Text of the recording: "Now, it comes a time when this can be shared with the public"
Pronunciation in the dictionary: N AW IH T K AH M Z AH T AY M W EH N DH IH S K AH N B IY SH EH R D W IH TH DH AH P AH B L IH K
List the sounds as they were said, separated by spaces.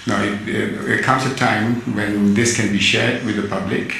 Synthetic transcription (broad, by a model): N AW IH T K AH M S AH T AY M W EH N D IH S K AH N B IY SH EH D W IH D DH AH P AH B L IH K